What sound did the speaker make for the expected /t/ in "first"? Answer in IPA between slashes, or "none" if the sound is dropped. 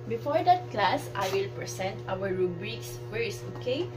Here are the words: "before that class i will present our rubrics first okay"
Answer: none